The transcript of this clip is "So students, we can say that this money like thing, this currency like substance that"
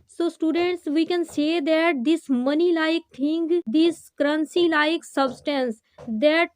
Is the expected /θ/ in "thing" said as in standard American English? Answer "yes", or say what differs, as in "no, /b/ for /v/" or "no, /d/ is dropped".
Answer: no, /t/ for /θ/